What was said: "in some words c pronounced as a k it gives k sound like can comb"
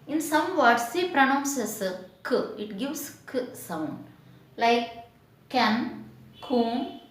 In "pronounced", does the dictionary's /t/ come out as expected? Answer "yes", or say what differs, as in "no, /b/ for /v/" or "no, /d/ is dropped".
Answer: no, /t/ is dropped